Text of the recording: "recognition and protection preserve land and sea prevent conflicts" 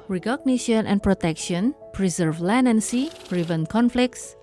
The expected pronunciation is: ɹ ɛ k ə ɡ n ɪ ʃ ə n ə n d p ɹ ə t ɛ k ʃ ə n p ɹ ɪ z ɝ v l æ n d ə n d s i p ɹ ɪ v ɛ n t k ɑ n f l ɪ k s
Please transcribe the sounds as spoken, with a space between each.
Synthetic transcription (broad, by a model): ɹ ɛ k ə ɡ n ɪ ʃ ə n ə n p ɹ ə t ɛ k ʃ ə n p ɹ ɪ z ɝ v l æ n ə n s i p ɹ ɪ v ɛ n k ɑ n f l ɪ k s